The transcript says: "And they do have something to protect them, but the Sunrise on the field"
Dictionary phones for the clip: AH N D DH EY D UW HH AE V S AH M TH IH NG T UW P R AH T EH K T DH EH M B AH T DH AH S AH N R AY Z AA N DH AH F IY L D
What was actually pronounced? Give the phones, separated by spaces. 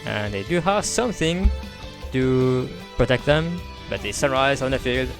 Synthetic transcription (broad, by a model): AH N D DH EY D UW HH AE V S AH M TH IH NG T UW P R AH T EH K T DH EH M B AH T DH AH S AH R AY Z AA N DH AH F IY L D